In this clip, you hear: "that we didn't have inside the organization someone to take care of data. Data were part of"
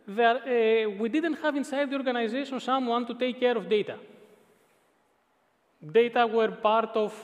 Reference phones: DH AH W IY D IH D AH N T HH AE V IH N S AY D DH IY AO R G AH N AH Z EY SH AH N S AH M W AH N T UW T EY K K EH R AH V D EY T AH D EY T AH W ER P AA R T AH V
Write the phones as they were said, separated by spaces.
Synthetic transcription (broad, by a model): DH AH W IY D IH D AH N T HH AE V IH N S AY D DH IY AO R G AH N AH Z EY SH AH N S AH M W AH N T UW T EY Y K EH R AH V D EY T AH D EY T AH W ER P AA R T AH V